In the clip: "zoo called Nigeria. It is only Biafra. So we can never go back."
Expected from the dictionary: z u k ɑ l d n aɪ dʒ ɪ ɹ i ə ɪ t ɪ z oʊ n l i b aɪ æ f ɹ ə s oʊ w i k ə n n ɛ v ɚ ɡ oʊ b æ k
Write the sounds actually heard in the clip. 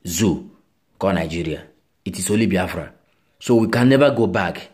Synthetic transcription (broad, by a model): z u k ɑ n aɪ dʒ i ɹ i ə ɪ t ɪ s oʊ l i b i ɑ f ɹ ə s oʊ w i k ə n n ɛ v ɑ ɡ oʊ b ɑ k